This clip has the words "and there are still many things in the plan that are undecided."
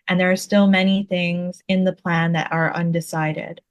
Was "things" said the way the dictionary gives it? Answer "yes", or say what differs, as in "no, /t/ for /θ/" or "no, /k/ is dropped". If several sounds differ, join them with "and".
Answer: yes